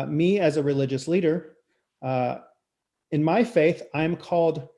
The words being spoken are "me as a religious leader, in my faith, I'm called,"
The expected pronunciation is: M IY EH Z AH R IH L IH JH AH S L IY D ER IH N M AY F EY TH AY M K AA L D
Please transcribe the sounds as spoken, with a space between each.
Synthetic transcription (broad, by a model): M IY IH Z AH R IH L IH JH AH S L IY D ER IH N M AY F EY TH AY M K AA L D